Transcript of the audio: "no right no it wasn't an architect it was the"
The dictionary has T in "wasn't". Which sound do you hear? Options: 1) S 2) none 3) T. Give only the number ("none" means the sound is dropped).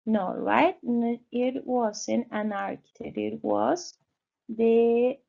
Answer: 2